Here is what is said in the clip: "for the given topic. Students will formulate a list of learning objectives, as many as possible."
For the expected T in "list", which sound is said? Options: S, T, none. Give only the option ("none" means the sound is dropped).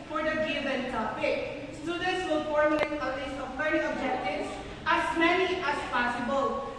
none